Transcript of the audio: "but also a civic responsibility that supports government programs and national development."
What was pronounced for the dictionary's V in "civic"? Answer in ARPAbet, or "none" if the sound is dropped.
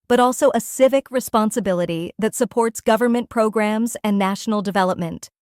V